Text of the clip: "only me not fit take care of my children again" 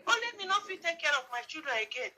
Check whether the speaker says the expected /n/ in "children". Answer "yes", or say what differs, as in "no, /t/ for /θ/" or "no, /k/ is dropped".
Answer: no, /n/ is dropped